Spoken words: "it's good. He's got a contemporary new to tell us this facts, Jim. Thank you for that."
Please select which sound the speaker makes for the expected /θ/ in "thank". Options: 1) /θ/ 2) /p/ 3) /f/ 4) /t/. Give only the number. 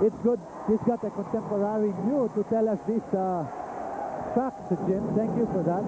4